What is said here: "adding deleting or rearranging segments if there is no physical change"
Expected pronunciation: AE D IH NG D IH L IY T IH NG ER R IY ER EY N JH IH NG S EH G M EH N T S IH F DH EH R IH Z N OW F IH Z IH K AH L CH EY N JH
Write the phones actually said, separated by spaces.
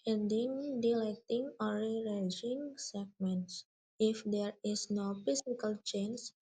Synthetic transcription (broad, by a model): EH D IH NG D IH L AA T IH NG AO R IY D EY JH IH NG S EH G M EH N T S IH F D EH R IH S N OW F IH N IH K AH L CH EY N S